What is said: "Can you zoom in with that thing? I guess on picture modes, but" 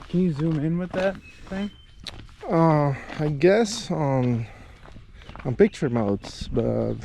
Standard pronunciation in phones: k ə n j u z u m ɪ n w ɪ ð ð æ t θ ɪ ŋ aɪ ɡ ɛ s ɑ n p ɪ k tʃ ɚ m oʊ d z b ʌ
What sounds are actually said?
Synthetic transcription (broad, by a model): k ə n j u z u m ɪ n w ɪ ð ð æ t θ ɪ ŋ aɪ ɡ ɛ s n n p ɪ k tʃ ɚ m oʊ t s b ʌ